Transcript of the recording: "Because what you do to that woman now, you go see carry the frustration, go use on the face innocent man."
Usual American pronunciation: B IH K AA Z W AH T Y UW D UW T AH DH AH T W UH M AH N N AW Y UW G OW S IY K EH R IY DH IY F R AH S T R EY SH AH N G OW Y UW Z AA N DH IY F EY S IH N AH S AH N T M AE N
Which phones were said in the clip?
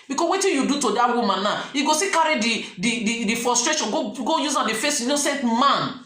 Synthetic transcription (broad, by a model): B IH K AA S W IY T Y UW D UW T AH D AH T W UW M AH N N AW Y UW G OW S IY K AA R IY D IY F R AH S T R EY SH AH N G OW Y UW Z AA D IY F EY S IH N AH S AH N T M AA N